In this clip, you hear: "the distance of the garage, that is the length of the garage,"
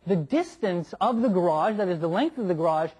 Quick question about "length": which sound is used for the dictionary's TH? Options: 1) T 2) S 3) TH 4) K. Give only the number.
3